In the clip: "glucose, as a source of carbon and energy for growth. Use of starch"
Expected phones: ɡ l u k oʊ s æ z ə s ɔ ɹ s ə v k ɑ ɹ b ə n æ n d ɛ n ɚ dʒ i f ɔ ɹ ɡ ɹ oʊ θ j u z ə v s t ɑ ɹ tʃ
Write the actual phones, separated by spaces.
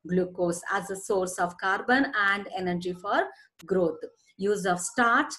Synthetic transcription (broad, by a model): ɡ l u k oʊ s æ z ə s ɔ ɹ s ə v k ɑ ɹ b ə n æ n d ɛ n ɚ dʒ i f ɔ ɹ ɡ ɹ oʊ t j u z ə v s t ɑ ɹ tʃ